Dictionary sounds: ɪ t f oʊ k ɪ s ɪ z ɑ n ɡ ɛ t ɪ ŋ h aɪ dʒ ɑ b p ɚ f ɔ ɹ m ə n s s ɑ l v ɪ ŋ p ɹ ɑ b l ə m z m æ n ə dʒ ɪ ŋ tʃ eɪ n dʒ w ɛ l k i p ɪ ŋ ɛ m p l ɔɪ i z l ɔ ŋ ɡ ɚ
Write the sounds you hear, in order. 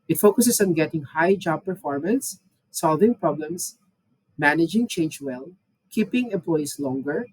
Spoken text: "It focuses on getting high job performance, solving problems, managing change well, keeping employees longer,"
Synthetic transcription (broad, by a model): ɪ t f oʊ k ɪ s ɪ s ɑ n ɡ ɛ t ɪ ŋ h aɪ dʒ ɑ b p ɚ f ɔ ɹ m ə n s s ɑ l v ɪ ŋ p ɹ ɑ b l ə m s m æ n ə dʒ ɪ ŋ tʃ eɪ n dʒ w ɛ l k i p ɪ ŋ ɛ m p l ɔɪ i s l ɔ ŋ ɡ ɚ